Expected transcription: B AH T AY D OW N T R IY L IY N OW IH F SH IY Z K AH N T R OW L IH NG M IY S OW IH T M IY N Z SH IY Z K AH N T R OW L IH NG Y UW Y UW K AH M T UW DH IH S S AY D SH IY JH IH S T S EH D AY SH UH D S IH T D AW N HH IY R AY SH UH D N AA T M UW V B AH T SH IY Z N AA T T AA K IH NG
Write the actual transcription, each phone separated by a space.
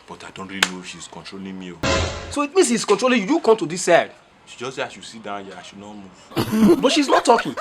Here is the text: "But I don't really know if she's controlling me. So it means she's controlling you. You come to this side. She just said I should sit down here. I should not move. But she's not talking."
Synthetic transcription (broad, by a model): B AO T AY D OW N T R IY L IY N OW IH F SH IY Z K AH N T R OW L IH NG M IY S OW IH T M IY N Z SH IY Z K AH N T R OW L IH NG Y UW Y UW K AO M T UW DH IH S S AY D SH IY JH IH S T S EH AY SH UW S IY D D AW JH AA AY SH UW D N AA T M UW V B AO T SH IY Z N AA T T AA K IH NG